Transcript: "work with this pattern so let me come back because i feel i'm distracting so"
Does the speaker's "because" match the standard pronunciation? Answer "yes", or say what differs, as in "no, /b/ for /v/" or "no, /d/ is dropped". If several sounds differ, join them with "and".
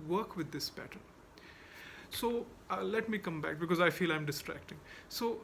yes